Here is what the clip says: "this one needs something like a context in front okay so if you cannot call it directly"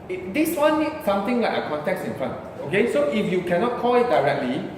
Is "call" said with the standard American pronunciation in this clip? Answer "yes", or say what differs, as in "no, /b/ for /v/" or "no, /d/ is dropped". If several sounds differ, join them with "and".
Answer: yes